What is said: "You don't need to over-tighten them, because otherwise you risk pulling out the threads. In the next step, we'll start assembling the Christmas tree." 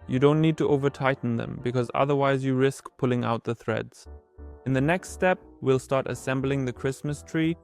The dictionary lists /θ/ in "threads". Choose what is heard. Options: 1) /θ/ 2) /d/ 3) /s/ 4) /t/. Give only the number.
1